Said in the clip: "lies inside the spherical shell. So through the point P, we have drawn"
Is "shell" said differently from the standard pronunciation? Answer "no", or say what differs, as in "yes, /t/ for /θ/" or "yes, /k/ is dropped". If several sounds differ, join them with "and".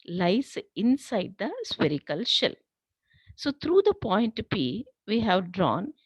no